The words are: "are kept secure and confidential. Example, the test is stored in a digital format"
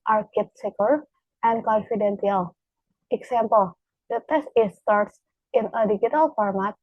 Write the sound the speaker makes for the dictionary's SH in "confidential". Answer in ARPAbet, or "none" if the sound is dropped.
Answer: S